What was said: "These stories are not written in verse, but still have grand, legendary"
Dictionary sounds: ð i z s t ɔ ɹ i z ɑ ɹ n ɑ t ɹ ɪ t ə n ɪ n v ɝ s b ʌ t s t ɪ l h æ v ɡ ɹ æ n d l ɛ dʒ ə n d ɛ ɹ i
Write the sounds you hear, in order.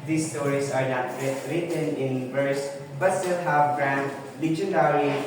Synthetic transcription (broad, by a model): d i s t ɔ ɹ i s ɑ ɹ n ɑ t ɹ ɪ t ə n ɪ n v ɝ s b ʌ t s t ɪ l h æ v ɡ ɹ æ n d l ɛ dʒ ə n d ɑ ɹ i